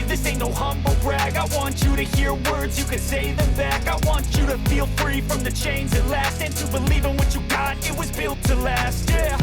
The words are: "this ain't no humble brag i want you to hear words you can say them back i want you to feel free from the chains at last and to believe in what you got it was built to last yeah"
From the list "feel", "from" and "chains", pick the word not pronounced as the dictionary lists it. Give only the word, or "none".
none